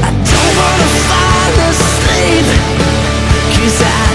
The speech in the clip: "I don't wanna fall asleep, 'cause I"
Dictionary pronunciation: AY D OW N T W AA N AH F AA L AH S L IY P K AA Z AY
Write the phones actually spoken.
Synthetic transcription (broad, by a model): AY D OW N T W AA N AH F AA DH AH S IY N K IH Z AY